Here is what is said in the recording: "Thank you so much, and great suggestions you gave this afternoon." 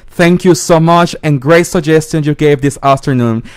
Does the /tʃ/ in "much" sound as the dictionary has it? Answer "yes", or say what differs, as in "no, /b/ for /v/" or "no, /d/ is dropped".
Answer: yes